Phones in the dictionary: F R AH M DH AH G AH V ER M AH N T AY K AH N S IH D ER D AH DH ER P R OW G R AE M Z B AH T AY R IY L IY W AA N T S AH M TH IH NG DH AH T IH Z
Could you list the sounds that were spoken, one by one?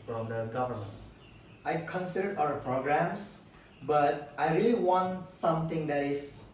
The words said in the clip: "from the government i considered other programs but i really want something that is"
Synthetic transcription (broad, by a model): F R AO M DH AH G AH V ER M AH N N AY K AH N S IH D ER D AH ER P R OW G R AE M S B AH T AY R IY L IY W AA N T S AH M T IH NG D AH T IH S